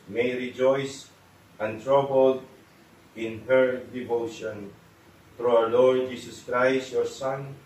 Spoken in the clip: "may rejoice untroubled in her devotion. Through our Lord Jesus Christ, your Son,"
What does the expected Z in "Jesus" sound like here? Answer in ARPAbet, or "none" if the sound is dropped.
S